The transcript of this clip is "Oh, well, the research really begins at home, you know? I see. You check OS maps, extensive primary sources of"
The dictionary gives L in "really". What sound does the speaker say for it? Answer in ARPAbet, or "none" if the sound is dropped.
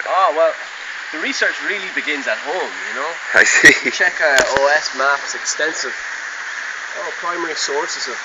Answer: L